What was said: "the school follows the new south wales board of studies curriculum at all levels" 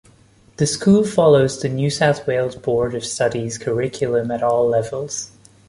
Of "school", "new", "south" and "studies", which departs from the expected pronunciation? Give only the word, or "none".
none